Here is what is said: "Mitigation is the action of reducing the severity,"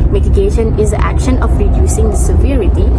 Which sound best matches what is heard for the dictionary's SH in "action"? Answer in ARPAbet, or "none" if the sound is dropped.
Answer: SH